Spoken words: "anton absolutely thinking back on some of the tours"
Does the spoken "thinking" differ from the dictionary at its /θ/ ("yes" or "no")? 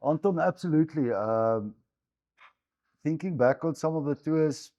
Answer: no